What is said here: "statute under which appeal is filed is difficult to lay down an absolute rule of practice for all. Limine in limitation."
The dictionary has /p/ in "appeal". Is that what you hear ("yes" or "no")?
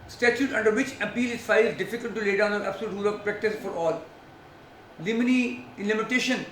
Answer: yes